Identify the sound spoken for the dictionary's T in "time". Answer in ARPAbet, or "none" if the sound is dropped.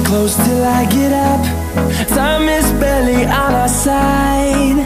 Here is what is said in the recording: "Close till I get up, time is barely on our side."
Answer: S